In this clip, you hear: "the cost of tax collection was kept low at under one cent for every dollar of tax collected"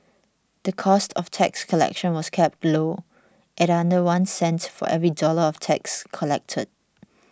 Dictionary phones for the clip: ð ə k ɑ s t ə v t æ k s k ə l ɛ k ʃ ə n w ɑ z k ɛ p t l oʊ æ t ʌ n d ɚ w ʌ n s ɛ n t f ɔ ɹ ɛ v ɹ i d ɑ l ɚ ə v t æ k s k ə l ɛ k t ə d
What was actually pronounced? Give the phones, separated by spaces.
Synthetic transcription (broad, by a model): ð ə k ɑ s t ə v t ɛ k s k ə l ɛ k ʃ ə n w ɑ s k ɛ p t l oʊ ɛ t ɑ n d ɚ w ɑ n s ɛ n t f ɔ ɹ ɛ v ɹ i d ɑ l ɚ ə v t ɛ k s k ə l ɛ k t ə d